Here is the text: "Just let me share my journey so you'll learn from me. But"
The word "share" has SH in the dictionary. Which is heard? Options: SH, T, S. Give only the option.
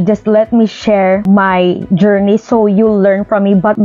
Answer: SH